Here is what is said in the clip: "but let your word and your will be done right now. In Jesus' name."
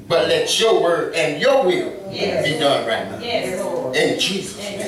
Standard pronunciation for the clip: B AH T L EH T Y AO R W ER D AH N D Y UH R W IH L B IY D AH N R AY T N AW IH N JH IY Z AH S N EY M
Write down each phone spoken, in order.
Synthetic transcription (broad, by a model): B AH T L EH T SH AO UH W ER AH N Y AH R W IH L B IY D AH N R AY T N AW IH N JH IY Z AH S